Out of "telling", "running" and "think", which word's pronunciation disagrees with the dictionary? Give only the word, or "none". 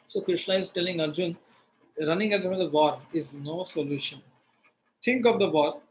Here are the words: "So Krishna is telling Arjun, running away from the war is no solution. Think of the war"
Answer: think